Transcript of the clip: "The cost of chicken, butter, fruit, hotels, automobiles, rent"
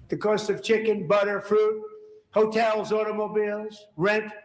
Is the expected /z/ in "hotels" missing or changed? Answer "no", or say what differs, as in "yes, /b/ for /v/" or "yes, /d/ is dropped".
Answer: no